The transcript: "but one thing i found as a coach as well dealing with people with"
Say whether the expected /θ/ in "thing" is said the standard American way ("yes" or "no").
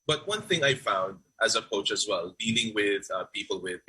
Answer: yes